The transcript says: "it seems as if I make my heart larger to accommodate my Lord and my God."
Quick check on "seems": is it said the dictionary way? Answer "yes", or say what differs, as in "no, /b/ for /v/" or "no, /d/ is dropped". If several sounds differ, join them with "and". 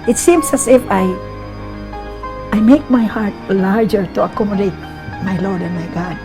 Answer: no, /s/ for /z/